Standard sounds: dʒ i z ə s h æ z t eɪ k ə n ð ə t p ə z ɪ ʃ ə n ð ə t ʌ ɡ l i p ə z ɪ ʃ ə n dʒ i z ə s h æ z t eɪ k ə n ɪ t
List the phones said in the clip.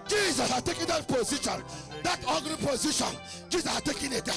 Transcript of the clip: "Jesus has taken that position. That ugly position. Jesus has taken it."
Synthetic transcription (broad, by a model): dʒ i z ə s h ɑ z t eɪ k ə n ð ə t p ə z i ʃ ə n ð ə t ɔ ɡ n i p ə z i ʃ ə n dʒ i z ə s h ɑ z t eɪ k ə n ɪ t